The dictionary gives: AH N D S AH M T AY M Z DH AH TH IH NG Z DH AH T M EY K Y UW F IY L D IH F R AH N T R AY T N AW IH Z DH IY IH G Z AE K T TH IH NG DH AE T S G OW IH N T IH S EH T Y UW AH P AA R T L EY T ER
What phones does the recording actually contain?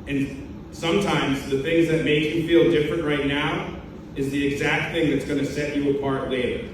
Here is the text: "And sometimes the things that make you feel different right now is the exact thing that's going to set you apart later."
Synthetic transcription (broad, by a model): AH N S AH M T AY M Z DH AH TH IH NG Z DH AH T M EY K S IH F IY L D IH F R AH N T R AY T N AW IH Z DH IY IH G Z AE K T TH IH NG DH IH T S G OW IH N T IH S EH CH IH AH P AA R T L EY T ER